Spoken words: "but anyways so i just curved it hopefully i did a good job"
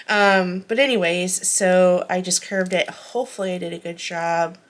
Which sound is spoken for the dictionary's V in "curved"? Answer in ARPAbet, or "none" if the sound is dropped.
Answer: V